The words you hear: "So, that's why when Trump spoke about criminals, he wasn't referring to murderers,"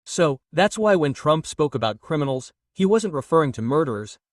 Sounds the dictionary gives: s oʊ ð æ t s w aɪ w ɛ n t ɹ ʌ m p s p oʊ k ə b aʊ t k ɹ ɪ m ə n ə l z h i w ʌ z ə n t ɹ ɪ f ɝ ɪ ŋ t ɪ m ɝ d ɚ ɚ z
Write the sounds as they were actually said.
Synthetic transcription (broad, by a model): s oʊ ð æ t s w aɪ w ɛ n t ɹ ʌ m p s p oʊ k ə b aʊ t k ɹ ɪ m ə n l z h i w ʌ z ə n t ɹ ɪ f ɝ ɪ ŋ t ɪ m ɝ d ɚ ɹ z